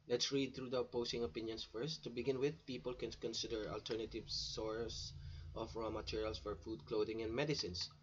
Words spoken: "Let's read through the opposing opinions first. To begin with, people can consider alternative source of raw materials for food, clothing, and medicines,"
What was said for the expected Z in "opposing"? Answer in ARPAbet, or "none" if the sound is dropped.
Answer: S